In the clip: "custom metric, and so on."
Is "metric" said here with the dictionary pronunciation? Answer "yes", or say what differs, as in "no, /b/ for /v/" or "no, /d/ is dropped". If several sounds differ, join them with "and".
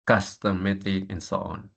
no, /ɹ/ is dropped